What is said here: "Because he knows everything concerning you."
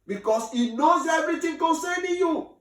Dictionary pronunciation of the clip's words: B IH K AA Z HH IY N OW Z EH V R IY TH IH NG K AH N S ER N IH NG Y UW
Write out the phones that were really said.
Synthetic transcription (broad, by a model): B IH K AA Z HH IY N OW Z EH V R IY T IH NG K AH N S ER N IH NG Y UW